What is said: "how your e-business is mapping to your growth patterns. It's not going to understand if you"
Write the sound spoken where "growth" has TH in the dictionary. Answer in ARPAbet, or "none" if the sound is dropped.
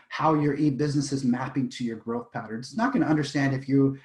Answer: TH